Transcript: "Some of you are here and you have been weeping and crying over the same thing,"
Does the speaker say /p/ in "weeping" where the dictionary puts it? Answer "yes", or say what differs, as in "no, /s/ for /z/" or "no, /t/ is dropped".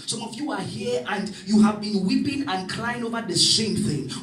yes